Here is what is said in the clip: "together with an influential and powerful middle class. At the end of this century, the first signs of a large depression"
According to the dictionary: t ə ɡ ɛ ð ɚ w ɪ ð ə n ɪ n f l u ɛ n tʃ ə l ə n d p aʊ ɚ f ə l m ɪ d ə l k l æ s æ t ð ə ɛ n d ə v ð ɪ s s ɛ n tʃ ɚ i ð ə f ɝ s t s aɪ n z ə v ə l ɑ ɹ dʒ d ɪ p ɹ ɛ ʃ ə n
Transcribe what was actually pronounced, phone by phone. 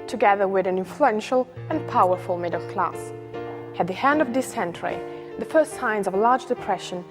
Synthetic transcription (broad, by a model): t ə ɡ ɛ ð ɚ w ɪ ð ə n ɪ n f l u ɛ n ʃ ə l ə n p aʊ ɚ f ə l m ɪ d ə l k l æ s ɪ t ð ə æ n d ə v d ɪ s s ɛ n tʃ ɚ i ð ə f ɝ s t s aɪ n z ə v l ɑ ɹ dʒ d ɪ p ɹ ɛ ʃ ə n